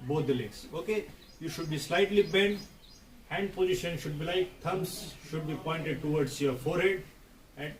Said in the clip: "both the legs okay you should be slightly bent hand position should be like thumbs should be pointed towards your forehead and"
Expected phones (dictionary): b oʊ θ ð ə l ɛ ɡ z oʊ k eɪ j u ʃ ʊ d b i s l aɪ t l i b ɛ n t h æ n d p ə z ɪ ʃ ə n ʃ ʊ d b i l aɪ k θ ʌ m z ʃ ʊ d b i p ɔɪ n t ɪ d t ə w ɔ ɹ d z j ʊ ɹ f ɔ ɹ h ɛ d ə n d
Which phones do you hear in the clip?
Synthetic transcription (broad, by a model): b oʊ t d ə l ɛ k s oʊ k eɪ j u ʃ ʊ d b i s l aɪ t l i b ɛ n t h æ n d p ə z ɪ ʃ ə n ʃ ʊ d b i l aɪ k t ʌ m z ʃ ʊ d b i p ɔɪ n t ɪ d t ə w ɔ ɹ d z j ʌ ɹ f ɔ ɹ h ɛ d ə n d